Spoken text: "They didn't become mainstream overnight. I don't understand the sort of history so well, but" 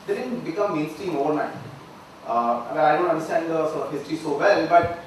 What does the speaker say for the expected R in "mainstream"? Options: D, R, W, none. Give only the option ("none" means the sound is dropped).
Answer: none